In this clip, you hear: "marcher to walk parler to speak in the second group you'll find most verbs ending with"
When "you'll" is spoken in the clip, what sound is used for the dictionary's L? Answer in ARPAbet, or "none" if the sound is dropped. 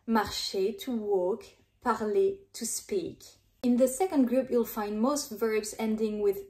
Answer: L